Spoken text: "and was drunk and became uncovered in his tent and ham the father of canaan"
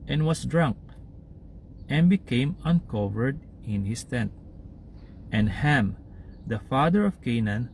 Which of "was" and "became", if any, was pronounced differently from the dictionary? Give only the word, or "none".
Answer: was